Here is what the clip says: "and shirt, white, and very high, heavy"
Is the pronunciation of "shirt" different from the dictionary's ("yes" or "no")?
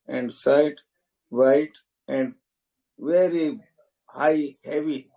yes